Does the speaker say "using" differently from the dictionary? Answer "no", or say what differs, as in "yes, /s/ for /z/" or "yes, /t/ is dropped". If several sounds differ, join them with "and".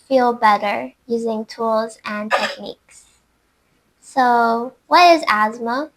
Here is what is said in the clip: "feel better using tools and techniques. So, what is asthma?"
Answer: no